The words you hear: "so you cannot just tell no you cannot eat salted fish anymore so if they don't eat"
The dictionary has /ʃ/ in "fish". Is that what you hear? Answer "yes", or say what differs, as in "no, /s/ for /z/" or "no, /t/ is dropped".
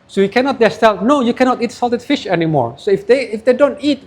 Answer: yes